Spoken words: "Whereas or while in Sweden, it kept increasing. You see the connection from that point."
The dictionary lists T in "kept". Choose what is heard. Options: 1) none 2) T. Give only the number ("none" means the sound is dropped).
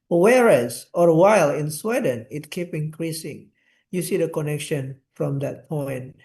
1